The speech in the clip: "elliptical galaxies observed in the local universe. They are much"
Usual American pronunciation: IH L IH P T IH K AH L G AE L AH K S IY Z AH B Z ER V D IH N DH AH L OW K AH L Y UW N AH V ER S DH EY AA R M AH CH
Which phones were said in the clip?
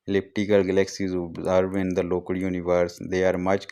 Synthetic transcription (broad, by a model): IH L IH P T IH K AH L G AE L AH K S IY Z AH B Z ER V IH N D AH L OW K AH L Y UW N AH V ER S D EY AA R M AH CH